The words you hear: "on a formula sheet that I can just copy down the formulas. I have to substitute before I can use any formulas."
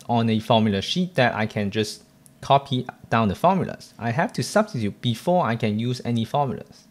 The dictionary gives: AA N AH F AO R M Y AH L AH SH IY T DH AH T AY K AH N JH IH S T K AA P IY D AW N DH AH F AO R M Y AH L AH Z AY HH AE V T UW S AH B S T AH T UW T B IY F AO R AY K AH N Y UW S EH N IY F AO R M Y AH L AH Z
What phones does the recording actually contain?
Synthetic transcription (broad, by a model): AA N AH F AO M Y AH L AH SH IY T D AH T AY K AH N JH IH S K AA P IY D AW N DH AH F AO M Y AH L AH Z AY HH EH F T UW S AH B S T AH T UW T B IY F AO AY K AH N Y UW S EH N IY F AO M Y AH L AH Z